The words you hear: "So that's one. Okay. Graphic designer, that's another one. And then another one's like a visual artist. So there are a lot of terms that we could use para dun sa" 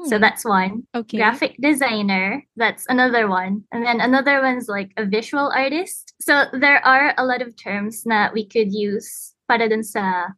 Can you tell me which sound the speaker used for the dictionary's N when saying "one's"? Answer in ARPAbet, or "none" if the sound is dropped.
N